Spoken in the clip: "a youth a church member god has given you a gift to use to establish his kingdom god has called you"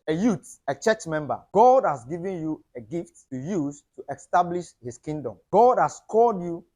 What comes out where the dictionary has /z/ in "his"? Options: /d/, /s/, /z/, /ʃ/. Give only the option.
/s/